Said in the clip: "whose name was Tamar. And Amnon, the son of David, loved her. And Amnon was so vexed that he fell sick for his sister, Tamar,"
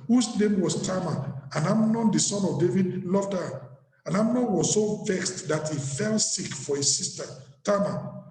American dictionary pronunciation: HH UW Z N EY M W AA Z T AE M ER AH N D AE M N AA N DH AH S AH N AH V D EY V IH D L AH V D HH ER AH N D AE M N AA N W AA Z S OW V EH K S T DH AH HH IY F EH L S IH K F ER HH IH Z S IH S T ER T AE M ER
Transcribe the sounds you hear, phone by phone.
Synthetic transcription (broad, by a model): HH UW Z N EY M W AA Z T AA M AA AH N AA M N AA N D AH S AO N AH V D EY V IH D L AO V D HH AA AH N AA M N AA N W AA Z S OW V EH K S T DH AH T IY F EH L S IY K F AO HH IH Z S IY S T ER T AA M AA